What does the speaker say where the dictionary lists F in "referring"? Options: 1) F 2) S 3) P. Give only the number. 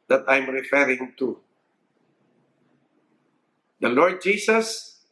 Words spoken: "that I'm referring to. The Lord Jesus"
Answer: 1